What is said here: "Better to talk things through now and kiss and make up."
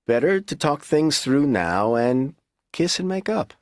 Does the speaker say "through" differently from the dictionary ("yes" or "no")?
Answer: no